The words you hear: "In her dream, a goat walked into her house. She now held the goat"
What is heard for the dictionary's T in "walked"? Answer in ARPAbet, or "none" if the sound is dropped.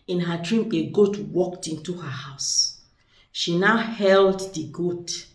T